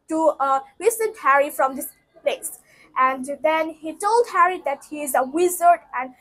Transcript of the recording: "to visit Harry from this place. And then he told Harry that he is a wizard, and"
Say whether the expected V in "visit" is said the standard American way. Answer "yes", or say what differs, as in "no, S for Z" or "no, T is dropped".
no, W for V